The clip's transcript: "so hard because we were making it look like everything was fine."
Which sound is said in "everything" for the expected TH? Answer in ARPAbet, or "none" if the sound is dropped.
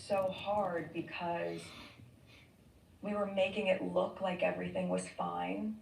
TH